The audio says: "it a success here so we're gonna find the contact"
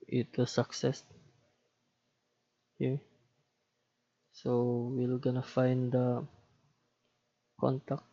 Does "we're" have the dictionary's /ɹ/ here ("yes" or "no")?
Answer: no